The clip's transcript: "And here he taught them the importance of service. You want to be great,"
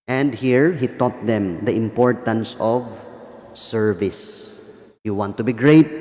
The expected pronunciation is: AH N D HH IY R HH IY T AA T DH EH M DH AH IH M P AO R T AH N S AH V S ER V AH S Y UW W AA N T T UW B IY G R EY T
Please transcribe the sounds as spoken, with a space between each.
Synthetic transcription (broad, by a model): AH N D HH IY R HH IY T AA T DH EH M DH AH IH M P AO R T AH N S AH V S ER V AH S Y UW W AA N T T UW B IY G R EY T